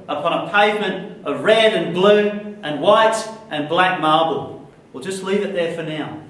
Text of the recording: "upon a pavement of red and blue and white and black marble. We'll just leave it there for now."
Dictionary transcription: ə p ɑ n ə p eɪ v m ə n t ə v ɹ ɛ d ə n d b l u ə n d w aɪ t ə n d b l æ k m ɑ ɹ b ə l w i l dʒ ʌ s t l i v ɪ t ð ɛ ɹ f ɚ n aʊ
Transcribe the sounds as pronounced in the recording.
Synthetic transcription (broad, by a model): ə p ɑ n ə p eɪ v m ə n t ə v ɹ ɛ d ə n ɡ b l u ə n w aɪ t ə n b l æ k m ɑ ɹ b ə l w i l dʒ ʌ s t l i v ɪ t ð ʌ ɹ f ɚ n aʊ